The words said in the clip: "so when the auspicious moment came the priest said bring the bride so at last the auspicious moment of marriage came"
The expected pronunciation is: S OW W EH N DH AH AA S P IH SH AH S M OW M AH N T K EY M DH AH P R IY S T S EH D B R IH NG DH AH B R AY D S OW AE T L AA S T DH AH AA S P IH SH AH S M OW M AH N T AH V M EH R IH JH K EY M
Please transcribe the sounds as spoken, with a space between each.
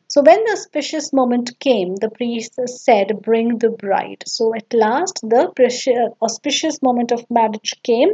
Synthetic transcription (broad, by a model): S OW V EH N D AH AA S P IH SH AH S M OW M AH N T K EY M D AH P R IY S T S EH D B R IH NG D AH B R AY D S OW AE T L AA S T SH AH AA S P IH SH AH S M OW M AH N T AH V M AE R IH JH K EY M